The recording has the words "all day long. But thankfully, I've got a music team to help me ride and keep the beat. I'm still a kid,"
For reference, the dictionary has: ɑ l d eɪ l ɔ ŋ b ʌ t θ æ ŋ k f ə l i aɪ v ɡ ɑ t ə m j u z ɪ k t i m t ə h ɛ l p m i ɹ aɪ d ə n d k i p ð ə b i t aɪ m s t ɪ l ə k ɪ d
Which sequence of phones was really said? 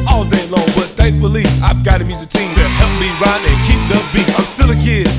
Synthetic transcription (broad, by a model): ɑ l d eɪ l ɔ ŋ b ʌ t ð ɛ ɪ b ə l i aɪ v ɡ ɑ t ə m j u z ɪ k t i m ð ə h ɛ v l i ɹ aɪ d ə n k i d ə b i aɪ m s t ɪ l ə k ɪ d